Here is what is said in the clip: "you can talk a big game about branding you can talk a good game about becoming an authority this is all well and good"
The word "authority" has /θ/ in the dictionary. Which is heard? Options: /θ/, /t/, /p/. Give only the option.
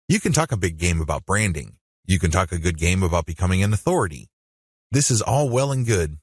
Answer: /θ/